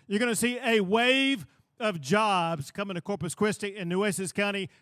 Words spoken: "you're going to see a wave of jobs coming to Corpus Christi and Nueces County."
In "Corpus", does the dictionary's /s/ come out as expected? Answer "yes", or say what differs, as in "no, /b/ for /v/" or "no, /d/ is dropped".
yes